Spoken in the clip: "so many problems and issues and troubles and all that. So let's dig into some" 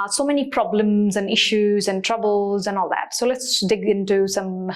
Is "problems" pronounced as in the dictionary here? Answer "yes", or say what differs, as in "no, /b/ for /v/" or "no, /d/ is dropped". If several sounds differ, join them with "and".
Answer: yes